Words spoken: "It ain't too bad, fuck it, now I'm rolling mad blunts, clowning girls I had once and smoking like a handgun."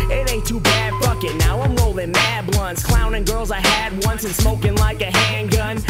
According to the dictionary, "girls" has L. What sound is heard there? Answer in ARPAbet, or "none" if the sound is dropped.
L